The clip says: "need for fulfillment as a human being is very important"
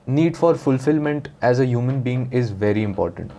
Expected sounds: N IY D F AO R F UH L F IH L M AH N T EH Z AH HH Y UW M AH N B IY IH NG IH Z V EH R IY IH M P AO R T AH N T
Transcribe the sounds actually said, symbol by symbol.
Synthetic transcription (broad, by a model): N IY D F AO R F UH L F IH L M AH N T EH Z AH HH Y UW M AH N B IY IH NG IH Z V EH R IY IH M P AO R T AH N T